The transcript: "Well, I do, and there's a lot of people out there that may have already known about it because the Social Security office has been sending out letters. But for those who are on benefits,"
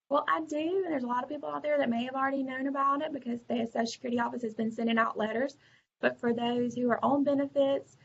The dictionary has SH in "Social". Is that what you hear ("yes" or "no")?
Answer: no